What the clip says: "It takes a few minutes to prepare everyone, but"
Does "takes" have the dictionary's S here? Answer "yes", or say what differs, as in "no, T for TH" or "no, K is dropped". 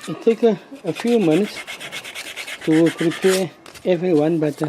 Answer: no, S is dropped